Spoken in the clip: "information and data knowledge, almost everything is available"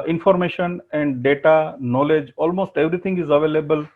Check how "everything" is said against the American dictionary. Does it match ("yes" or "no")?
no